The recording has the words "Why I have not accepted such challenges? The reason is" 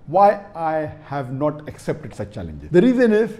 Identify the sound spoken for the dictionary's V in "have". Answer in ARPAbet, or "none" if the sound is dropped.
V